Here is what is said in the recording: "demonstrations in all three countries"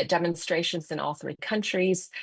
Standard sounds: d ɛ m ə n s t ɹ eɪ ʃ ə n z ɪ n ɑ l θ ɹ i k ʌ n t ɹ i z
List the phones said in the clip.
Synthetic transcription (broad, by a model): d ɛ m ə n s t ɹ eɪ ʃ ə n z ɪ n ɑ l θ ɹ i k ʌ n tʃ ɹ i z